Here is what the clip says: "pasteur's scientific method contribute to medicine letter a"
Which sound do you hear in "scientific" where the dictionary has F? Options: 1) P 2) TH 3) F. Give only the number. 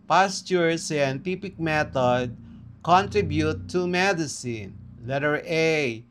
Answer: 1